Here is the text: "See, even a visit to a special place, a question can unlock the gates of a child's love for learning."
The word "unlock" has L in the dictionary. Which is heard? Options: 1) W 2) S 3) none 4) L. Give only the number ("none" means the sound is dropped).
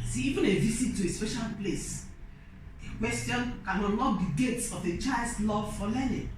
3